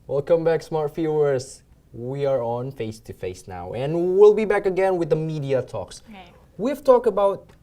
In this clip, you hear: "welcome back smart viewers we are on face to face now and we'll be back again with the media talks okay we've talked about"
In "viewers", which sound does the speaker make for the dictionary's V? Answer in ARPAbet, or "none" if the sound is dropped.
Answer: F